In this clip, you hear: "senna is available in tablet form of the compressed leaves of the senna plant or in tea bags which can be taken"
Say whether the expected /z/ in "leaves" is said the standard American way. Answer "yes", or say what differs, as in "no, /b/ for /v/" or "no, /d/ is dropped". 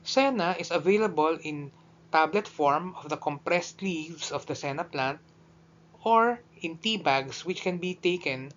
no, /s/ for /z/